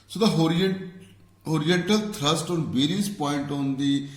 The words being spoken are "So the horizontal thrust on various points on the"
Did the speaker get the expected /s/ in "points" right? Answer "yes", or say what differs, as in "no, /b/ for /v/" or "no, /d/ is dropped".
no, /s/ is dropped